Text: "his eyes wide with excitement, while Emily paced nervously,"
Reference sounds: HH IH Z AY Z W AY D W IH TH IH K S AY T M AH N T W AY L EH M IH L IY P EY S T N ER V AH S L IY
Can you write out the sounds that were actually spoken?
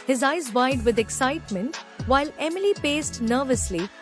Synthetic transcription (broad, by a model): HH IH Z AY Z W AY D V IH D IH K S AY T M AH N T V AY L EH M IH L IY P EY S T N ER V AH S L IY